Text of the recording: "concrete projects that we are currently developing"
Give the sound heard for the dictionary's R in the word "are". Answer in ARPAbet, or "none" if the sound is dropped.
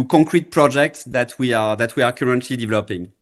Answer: W